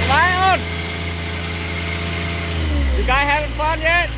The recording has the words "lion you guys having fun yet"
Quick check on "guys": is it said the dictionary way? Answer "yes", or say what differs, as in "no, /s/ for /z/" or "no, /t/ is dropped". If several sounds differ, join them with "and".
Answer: no, /z/ is dropped